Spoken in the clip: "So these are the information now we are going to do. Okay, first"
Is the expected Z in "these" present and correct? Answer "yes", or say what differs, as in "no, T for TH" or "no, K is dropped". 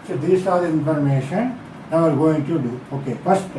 no, S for Z